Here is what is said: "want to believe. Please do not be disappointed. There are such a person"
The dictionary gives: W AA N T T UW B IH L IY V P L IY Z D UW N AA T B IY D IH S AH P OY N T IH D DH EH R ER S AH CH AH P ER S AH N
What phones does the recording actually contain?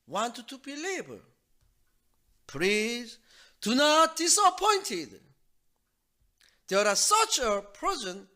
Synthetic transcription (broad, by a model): W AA N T T UW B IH L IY B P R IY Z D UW N AA T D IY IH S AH P OY N T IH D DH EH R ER S AH CH AH P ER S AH N